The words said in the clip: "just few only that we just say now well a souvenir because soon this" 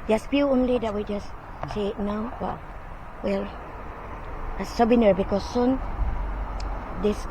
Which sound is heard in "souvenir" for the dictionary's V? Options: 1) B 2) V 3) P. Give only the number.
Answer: 1